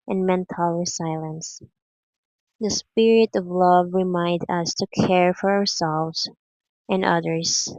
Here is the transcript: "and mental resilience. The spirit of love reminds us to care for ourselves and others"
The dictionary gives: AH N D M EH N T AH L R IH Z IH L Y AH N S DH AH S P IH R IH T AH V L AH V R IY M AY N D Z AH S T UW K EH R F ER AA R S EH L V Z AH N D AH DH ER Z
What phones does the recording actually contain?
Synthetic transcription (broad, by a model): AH N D M EH N T AH L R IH S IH L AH N S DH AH S P IH R IH T AH V L AH V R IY M AY N D AH S T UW K EH R F ER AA R S EH L V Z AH N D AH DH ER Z